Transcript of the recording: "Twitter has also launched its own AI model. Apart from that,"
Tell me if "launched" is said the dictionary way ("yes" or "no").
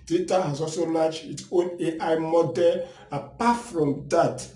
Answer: no